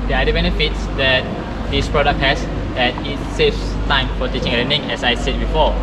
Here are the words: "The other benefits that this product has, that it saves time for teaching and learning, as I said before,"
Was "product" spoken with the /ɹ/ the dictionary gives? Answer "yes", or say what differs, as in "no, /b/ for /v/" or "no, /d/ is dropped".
yes